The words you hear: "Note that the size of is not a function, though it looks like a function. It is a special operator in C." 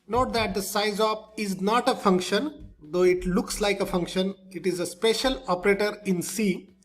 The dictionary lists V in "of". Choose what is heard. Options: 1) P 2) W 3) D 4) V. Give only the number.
1